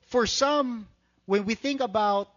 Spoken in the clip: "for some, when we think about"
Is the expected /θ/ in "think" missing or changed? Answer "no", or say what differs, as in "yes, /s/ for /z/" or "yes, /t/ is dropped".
no